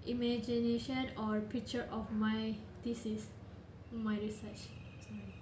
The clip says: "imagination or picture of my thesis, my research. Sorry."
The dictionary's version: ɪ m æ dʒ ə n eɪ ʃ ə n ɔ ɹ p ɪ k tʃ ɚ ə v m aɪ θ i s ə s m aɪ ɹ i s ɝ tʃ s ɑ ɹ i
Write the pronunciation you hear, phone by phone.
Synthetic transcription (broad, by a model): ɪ m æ dʒ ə n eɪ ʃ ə n ɔ ɹ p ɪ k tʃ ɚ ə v m aɪ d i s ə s m aɪ ɹ i s ɝ tʃ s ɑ